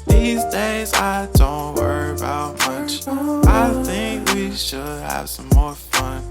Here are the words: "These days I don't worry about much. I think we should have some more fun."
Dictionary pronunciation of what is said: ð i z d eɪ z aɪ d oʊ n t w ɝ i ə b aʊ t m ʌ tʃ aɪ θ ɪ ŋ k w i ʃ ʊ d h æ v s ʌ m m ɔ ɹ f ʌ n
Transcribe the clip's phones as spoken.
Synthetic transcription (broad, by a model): ð i z d eɪ z aɪ d oʊ n t w ɝ i ə b aʊ t m ʌ tʃ aɪ θ ɪ ŋ k w i ʃ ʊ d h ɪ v s ʌ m m ɔ ɹ f ʌ n